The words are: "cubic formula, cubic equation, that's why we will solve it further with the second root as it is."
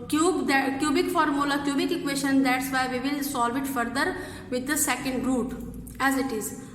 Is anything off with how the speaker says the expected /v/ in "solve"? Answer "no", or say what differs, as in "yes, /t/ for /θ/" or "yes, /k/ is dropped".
no